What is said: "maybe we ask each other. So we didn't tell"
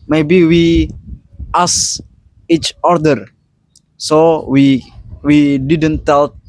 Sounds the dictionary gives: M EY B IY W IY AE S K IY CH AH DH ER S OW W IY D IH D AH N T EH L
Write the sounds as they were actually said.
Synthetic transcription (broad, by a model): M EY B IY W IY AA S IY CH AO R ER S OW W IY D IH D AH N T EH L